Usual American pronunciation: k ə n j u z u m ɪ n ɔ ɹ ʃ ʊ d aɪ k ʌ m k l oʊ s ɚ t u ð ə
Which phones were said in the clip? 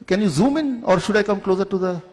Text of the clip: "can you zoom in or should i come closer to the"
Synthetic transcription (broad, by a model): k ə n j u z u m ɪ n ɔ ɹ ʃ ʊ d aɪ k ʌ m k l oʊ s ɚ t u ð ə